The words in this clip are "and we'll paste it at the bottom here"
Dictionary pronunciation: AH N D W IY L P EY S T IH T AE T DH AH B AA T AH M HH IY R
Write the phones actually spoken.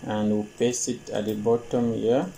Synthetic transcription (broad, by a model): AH N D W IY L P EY S IH T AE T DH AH B AA T AH M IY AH